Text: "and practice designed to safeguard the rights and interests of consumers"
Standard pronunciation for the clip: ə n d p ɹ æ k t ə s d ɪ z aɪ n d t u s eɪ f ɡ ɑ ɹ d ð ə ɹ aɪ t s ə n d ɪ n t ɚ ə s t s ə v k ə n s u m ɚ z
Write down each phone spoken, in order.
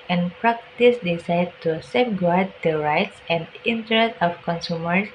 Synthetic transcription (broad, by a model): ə n p ɹ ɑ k t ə s d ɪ s aɪ d t u s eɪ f ɡ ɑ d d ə ɹ aɪ t s ə n d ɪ n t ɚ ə s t ə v k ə n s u m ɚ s